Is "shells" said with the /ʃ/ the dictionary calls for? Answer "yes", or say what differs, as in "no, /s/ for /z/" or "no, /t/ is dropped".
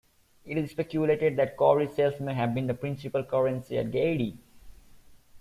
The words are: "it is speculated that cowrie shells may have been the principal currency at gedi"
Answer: no, /s/ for /ʃ/